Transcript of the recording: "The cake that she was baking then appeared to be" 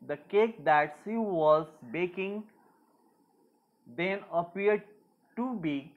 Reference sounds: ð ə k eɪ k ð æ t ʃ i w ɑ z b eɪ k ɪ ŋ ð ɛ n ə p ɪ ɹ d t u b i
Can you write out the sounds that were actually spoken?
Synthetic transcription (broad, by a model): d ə k eɪ k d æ t s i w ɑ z b eɪ k ɪ ŋ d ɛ n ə p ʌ ɹ d t u b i